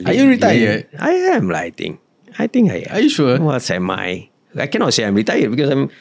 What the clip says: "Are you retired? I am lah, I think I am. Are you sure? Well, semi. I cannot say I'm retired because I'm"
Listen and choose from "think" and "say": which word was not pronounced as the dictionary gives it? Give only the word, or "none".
think